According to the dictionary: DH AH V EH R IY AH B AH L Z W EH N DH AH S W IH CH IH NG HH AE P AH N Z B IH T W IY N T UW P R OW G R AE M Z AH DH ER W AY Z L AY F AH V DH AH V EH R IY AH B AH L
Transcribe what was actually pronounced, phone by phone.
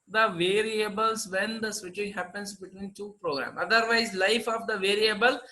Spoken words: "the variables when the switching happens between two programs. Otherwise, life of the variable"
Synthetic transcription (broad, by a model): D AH V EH R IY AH B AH L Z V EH N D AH S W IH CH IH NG HH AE P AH N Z B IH T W IY N T UW P R OW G R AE M AH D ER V AY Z L AY F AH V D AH V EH R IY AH B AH L